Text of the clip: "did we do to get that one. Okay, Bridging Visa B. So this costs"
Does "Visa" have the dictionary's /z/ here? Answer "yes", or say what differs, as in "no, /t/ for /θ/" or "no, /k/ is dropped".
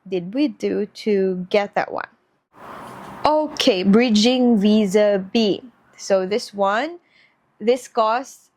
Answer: yes